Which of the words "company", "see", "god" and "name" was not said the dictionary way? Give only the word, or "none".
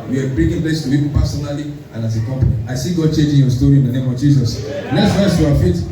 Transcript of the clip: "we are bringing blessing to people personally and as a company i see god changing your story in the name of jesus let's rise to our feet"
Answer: company